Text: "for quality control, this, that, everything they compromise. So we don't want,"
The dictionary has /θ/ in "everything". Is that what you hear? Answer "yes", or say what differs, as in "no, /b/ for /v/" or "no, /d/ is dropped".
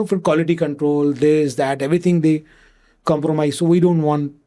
no, /t/ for /θ/